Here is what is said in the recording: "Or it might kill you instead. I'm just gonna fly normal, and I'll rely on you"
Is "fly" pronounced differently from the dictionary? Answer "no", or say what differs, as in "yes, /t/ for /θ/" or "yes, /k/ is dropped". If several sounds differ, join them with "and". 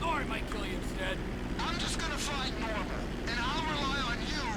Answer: yes, /l/ is dropped